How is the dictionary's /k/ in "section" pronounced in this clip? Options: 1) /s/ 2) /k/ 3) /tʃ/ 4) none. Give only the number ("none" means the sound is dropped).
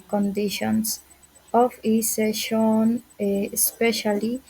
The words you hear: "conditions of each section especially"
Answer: 4